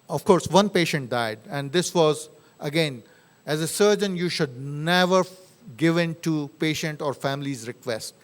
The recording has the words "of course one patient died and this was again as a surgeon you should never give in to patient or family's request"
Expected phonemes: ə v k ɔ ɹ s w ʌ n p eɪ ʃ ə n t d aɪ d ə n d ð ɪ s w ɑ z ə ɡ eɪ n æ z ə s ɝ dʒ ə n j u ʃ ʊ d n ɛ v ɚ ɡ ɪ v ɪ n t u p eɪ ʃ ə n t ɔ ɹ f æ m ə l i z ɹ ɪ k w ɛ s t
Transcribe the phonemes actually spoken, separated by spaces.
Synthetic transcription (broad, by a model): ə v k ɔ ɹ s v ʌ n p eɪ ʃ ə n t d aɪ d ə n d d ɪ s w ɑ z ə ɡ eɪ n æ z ə s ɝ dʒ ə n j u ʃ ʊ d n ɛ v ɚ ɡ ɪ v ɪ n t u p eɪ ʃ ə n t ɔ ɹ f æ m ə l i z ɹ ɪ k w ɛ s t